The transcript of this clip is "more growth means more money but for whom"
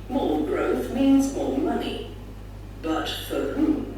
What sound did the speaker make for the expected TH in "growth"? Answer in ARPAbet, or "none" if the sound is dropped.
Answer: TH